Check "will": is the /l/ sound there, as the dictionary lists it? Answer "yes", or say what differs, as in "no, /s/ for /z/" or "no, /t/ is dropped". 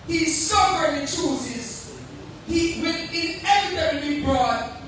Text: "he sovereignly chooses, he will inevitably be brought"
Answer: no, /n/ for /l/